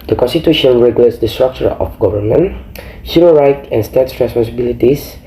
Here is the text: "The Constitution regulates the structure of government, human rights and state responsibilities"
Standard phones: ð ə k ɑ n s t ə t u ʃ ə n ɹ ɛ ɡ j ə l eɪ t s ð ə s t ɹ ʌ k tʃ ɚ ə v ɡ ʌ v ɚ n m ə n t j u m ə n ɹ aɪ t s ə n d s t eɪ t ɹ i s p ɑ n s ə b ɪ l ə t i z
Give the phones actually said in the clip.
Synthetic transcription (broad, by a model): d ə k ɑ n s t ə t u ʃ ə n ɹ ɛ ɡ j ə l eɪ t s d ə s t ɹ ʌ k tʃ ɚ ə f ɡ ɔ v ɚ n m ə n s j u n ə ɹ aɪ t ə n s t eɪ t ɹ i s p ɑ n s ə b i l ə t i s